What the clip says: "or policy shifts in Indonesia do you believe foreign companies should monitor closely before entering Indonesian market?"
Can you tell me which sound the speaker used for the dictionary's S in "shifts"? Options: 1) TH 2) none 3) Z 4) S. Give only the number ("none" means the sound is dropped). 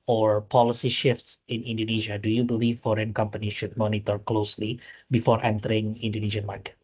4